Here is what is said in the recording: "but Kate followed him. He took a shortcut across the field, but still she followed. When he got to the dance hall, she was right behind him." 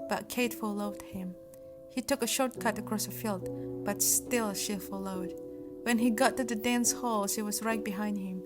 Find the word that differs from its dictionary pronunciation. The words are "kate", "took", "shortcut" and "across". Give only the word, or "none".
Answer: none